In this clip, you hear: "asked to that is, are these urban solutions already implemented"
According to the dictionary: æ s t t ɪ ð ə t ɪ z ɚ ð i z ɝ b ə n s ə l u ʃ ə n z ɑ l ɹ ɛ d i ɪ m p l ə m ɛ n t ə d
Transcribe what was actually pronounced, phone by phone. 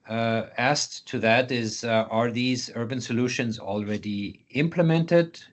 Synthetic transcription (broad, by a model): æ s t t ɪ ð ə t ɪ z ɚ ð i z ɝ b ə n s ə l u ʃ ə n z ɑ l ɹ ɛ d i ɪ m p l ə m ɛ n t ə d